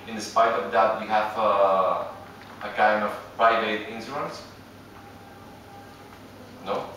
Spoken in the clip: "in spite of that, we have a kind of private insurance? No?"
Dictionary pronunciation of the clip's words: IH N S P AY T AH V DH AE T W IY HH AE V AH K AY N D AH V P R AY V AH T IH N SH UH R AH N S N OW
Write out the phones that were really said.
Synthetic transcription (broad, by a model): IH N S P AY T AH V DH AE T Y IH HH AE V AH K AY N D AH V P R AY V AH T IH N S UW AH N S N OW